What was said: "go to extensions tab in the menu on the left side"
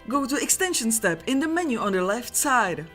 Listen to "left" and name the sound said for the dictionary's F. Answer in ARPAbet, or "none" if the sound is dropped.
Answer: F